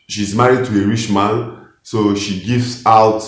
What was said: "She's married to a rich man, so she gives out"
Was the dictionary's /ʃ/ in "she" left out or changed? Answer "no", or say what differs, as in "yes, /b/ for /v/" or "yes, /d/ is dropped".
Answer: no